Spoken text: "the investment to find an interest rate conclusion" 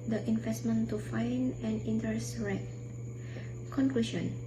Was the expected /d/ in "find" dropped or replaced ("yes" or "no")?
yes